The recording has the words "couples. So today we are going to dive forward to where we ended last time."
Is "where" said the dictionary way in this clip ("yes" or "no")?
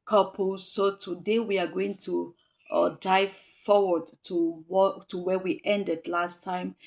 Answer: no